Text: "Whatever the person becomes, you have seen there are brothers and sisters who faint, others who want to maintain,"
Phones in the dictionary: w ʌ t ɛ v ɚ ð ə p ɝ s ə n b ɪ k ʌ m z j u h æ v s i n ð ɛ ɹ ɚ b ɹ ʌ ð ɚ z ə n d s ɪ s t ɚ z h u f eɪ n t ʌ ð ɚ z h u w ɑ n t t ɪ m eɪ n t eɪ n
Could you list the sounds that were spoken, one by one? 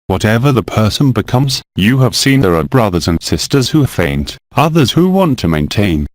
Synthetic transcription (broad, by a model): w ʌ t ɛ v ɚ ð ə p ɝ s ə n b ɪ k ʌ m z j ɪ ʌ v s i n ð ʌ ɹ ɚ b ɹ ʌ ð ɚ z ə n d s ɪ s t ɚ z h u f eɪ n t ʌ ð ɚ z h u w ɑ n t t ɪ m eɪ n t eɪ n